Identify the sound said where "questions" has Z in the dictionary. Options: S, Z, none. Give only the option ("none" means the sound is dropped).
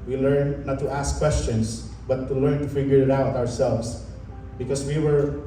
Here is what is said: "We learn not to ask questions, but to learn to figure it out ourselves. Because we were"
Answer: S